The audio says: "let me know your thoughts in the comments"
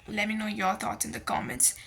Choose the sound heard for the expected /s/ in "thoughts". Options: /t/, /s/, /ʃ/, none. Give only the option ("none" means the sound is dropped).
none